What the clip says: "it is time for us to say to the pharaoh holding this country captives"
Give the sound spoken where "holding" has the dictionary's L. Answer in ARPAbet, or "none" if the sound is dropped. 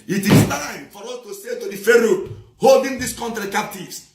L